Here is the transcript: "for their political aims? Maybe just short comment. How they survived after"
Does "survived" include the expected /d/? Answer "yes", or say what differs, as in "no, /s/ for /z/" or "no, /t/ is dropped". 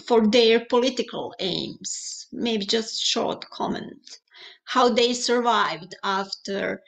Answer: yes